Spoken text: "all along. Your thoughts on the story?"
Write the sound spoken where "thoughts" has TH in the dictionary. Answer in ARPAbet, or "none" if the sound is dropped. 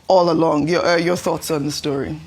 TH